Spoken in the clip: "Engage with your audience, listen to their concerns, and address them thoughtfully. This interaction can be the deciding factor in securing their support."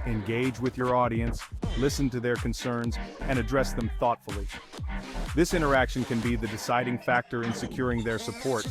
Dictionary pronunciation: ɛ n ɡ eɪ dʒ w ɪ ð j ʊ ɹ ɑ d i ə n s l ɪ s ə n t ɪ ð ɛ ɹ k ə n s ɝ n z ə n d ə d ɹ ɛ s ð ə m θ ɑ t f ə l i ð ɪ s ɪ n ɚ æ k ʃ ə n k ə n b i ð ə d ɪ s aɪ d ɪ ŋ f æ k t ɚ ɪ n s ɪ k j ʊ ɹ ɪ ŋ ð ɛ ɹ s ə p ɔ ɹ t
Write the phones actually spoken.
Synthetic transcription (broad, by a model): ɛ n ɡ eɪ dʒ w ɪ ð j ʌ ɹ ɑ d i ə n s l ɪ s ə n t ɪ ð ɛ ɹ k ə n s ɝ n z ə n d ə d ɹ ɛ s ð ə m θ ɑ t f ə l i ð ɪ s ɪ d ɚ æ k ʃ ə n k ə n b i ð ə d ɪ s aɪ d ɪ ŋ f æ k t ɚ ɪ n s ɪ k j ʊ ɹ ɪ ŋ ð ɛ ɹ s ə p ɔ ɹ t